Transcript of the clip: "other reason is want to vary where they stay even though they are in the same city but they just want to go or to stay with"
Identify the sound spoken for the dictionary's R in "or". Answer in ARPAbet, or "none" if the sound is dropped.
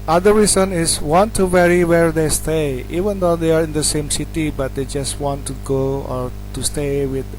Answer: R